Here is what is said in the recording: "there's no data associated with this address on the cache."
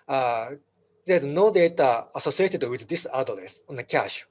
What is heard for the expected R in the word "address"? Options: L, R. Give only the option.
L